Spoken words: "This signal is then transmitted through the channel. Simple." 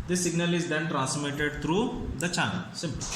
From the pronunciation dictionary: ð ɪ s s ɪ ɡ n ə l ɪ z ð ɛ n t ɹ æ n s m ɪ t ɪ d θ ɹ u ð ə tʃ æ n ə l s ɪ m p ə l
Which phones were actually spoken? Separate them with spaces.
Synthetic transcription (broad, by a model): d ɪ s s ɪ ɡ n ə l ɪ z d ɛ n t ɹ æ n s m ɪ t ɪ d t ɹ u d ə tʃ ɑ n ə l s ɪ m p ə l